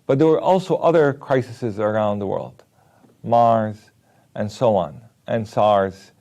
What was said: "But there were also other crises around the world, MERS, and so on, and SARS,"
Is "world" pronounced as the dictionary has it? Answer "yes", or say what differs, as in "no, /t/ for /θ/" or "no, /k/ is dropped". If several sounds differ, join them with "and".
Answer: yes